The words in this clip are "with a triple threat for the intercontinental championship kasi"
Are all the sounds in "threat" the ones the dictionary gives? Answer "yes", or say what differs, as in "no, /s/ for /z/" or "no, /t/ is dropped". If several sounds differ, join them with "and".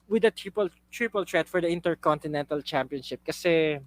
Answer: no, /t/ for /θ/